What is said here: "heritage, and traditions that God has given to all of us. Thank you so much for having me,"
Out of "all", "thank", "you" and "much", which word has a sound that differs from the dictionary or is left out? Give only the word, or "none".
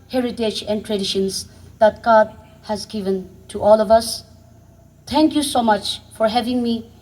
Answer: thank